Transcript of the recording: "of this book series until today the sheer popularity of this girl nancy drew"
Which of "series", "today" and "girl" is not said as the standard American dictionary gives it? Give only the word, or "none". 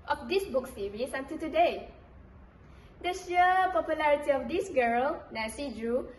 series